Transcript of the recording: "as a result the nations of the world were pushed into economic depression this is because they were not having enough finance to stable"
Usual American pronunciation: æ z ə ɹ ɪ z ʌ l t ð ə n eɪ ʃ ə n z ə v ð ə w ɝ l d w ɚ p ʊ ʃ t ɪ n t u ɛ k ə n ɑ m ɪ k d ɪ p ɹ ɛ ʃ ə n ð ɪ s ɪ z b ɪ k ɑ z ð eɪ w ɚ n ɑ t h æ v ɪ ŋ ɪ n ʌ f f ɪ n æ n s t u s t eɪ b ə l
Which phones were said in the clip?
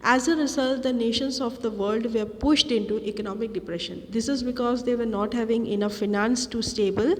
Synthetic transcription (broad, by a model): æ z ə ɹ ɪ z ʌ l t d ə n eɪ ʃ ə n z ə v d ə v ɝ l d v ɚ p ʊ ʃ t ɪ n t u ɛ k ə n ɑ m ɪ k d ɪ p ɹ ɛ ʃ ə n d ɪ s ɪ z b ɪ k ɑ z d eɪ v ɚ n ɑ t h æ v ɪ ŋ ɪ n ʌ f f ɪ n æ n s t u s t eɪ b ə l